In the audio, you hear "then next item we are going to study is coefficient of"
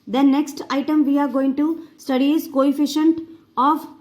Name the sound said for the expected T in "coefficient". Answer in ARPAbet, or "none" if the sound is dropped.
T